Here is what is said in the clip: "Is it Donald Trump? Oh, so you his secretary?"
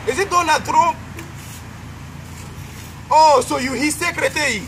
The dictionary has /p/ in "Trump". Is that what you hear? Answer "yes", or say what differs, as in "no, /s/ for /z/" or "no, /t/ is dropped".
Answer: no, /p/ is dropped